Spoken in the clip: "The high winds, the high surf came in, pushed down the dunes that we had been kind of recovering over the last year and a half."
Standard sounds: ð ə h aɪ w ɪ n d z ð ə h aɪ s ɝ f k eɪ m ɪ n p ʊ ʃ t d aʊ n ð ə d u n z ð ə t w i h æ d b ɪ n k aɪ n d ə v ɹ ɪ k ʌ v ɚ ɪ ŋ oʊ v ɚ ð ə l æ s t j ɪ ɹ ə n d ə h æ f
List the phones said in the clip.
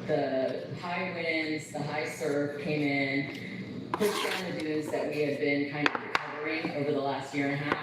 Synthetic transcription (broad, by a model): ð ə h aɪ w ɪ n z ð ə h aɪ s ɝ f k eɪ m ɪ n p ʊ t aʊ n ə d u z ð ə t w i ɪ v b ɪ n k aɪ n d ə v ɹ ɪ k ʌ v ɚ ɪ ŋ oʊ v ɚ ð ə l æ s t j ɪ ɹ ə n h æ